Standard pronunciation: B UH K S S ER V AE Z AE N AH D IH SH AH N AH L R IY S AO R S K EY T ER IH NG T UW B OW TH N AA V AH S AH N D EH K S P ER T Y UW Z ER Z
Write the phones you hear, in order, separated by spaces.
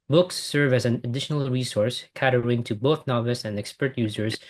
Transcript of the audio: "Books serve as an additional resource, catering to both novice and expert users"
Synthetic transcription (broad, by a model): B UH K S S ER V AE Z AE N AH D IH SH AH N AH L R IY S AO R S K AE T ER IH NG T UW B OW TH N AA V AH S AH N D EH K S P ER T Y UW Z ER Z